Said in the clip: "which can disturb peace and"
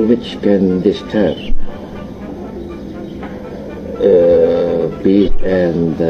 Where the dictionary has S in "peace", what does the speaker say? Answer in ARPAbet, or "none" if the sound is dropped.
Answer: none